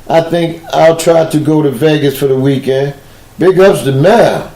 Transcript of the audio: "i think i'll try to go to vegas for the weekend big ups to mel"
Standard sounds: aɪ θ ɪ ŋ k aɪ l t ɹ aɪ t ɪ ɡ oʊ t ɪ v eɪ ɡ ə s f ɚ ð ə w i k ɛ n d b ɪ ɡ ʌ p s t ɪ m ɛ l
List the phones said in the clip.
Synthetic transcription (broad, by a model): aɪ θ ɪ ŋ k aɪ l t ɹ aɪ t ɪ ɡ oʊ t ɪ v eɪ ɡ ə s f ɚ ð ə w i k ɛ n d b ɪ ɡ ʌ p s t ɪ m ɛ